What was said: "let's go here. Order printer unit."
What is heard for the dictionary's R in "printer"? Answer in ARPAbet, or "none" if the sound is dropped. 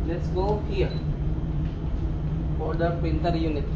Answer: none